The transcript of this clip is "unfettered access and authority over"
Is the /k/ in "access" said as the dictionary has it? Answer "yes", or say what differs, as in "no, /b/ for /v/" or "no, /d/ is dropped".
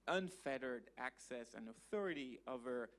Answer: yes